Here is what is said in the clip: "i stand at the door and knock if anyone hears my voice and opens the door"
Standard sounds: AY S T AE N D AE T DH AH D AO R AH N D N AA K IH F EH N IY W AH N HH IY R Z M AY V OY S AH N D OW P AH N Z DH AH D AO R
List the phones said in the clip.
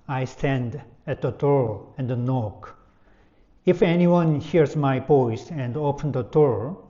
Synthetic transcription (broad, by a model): AY S T AE N D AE T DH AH D AO R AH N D N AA K IH F EH N IY W AH N HH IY R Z M AY P OY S AH N D OW P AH N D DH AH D AO R